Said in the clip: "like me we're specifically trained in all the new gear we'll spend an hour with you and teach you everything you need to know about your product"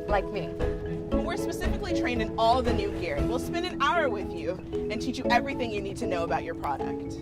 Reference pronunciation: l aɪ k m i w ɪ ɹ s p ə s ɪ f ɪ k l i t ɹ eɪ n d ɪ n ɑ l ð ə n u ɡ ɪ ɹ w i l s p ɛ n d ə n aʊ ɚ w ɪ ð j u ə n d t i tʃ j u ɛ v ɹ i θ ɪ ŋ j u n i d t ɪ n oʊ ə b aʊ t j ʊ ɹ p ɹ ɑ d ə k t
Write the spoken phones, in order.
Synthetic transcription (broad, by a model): l aɪ k m i w ɪ ɹ s p ə s ɪ f ɪ k l i t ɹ eɪ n ɪ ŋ ɑ l ð ə n u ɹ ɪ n w i l s p ɛ n d ə n aʊ ɚ w ɪ ð j u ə n t i tʃ j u ɛ v ɹ i θ ɪ ŋ j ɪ n i d t ɪ n oʊ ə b aʊ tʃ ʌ ɹ p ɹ ɑ d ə k t